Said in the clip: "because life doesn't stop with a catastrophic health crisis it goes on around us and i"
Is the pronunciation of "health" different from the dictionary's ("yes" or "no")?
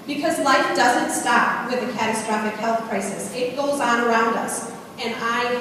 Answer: no